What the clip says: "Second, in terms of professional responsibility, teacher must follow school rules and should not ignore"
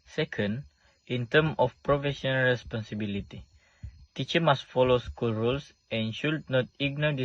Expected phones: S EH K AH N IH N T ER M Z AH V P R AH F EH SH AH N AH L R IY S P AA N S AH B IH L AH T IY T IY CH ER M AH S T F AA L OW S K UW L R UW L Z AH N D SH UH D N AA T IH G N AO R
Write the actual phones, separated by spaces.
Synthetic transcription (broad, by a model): S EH K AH N IH N T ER M AH F P R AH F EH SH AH N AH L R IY S P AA N S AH B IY L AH T IY T IY CH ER M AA S T F AA L OW S K UW L R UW L S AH N SH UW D N AA T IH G N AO